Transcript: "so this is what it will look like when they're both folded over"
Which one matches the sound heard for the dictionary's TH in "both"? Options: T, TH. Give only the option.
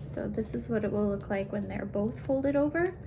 TH